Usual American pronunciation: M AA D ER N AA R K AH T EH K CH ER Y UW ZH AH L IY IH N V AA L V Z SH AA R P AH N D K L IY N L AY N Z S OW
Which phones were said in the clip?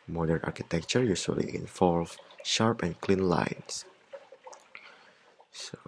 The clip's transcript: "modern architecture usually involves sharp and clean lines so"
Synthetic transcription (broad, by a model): M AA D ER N AA R K AH T EH K CH ER Y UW S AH L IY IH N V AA L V SH AA R P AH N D K L IY N L AY N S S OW